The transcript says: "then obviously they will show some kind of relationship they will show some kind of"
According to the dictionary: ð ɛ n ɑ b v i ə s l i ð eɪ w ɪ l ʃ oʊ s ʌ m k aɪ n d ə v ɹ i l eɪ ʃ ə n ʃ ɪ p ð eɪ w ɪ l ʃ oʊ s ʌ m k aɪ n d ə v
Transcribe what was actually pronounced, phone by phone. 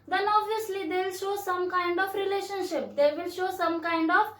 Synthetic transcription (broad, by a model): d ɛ n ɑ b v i ə s l i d eɪ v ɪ l ʃ oʊ s ʌ m k aɪ n d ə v ɹ i l eɪ ʃ ə n ʃ ɪ p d eɪ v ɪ l ʃ oʊ s ʌ m k aɪ n d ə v